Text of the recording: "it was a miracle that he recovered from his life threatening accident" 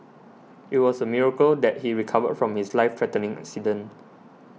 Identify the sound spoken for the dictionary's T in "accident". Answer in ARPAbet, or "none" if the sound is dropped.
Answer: none